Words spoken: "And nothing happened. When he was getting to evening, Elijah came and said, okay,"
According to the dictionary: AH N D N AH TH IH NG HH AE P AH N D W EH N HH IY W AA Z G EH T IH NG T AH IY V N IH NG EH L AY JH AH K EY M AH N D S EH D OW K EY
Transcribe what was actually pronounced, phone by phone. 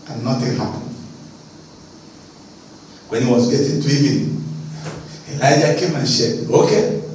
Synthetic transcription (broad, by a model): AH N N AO T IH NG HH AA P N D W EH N HH IY W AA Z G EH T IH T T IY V IH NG EH L AY JH AH K EY M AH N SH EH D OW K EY